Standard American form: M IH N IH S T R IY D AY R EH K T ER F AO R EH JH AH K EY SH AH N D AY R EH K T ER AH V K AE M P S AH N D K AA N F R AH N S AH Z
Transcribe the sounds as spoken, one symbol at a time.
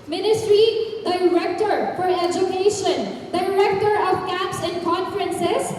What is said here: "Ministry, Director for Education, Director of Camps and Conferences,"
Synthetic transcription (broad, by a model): M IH N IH S T R IY D AY R EH K T ER F AO R EH JH AH K EY SH AH N D AY R EH K T ER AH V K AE P S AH N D K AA N F R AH N S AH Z